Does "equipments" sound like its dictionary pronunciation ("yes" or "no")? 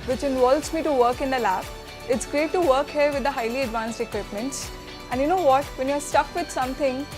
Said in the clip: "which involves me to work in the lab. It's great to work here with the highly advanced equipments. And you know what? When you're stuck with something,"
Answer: yes